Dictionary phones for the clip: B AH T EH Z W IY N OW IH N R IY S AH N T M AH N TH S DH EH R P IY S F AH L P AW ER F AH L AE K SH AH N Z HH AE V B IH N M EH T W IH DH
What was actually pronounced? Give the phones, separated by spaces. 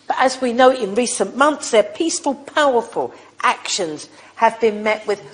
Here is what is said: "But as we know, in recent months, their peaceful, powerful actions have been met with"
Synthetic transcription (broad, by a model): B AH T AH Z W IY N OW IH N R IY S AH N M AH N TH S DH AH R P IY S F AH L P AW ER F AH L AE K SH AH N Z HH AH V B IH N M EH T W IH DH